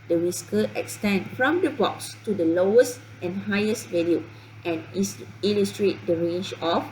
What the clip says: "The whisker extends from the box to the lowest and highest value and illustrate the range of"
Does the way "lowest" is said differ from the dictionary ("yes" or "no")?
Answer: no